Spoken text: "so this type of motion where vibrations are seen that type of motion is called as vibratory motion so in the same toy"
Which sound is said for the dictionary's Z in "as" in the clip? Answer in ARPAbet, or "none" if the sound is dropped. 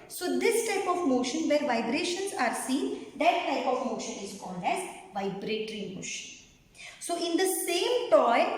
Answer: Z